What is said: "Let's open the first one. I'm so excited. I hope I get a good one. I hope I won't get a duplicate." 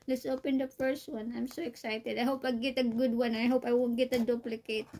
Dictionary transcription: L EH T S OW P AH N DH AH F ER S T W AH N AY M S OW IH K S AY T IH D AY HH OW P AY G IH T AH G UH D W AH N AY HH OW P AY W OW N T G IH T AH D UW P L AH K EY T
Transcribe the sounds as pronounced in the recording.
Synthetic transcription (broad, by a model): L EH T S OW P AH N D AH P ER S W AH N AY M S OW IH K S AY T IH D AY HH OW P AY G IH T AH G UH D W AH N AY HH OW P AY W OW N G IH T AH D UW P L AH K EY T